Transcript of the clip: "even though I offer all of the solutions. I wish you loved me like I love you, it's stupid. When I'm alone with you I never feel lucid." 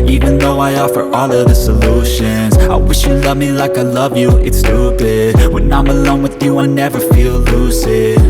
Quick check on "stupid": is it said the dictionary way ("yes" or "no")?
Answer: no